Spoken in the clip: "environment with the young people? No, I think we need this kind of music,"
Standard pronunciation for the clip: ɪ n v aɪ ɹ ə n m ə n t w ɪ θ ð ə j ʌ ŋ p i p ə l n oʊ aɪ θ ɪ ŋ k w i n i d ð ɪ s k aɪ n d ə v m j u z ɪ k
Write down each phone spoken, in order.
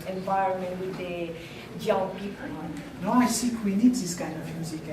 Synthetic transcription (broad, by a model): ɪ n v aɪ ɹ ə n m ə n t w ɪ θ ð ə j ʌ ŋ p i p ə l n oʊ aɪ s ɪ k w i n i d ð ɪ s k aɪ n ə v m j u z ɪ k